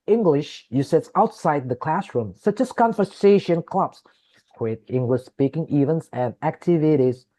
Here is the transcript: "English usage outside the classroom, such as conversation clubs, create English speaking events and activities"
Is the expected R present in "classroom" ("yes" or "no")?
yes